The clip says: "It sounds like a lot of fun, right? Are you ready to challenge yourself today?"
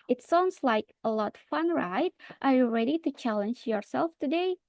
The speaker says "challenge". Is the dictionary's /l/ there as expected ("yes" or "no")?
yes